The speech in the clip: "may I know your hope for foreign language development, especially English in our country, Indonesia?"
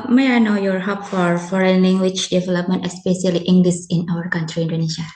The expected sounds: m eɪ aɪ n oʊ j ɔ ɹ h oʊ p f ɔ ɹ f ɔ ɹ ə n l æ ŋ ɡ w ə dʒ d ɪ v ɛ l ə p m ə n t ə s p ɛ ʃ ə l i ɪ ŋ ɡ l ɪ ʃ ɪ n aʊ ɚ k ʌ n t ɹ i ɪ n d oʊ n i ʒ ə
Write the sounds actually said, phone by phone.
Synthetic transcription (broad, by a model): m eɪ aɪ n oʊ j ɔ ɹ h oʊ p f ɔ ɹ f ɔ ɹ ə n l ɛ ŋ ɡ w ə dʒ d ɪ v ɛ l ə p m ə n t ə s p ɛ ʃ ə l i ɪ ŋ ɡ l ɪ s ɪ n aʊ ɚ k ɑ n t ɹ i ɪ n d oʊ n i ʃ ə